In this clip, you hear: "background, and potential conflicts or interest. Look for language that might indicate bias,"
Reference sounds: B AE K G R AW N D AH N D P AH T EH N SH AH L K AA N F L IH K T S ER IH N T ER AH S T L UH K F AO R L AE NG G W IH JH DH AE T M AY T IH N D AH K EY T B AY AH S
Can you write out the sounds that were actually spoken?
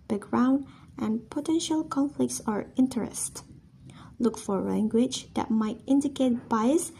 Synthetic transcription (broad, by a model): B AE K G R AW N D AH N P AH T EH N SH AH L K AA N F L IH K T S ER IH N T ER AH S T L UH K F AO R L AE NG G W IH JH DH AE T M AY T IH N D AH K EY T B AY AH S